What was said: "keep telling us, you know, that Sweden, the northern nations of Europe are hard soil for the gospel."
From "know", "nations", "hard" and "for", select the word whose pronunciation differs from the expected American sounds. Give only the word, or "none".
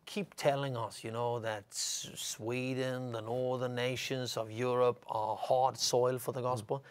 none